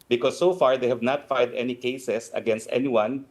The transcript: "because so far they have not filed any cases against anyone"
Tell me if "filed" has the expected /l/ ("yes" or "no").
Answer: no